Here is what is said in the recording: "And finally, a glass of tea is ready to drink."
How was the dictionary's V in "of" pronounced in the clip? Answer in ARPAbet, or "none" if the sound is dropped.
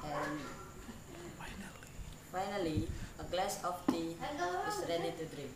P